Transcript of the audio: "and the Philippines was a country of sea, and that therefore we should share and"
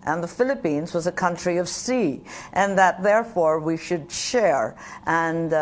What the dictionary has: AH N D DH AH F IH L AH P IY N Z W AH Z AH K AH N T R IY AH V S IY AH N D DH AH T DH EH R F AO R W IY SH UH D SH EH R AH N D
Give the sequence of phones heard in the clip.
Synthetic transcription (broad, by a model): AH N DH AH F IH L AH P IY N Z W AH Z AH K AH N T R IY AH V S IY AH N DH AH T DH EH R F AO R W IY SH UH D SH EH R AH N